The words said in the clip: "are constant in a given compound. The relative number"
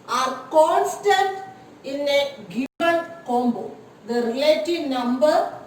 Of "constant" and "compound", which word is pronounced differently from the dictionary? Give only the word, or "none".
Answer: compound